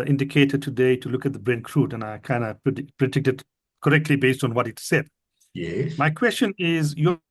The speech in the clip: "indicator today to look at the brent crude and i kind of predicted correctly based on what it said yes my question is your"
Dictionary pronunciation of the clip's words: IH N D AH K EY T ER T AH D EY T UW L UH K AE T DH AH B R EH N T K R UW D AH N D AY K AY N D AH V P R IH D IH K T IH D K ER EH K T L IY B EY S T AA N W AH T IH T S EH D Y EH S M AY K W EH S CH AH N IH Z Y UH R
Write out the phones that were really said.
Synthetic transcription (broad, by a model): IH N D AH K EY T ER T AH D EY T UW L UH K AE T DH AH B R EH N K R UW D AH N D AY K AY N D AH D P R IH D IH K T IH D K ER EH K T L IY B EY S T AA N W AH T IH T S EH D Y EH M AY K W EH S CH AH N IH Z Y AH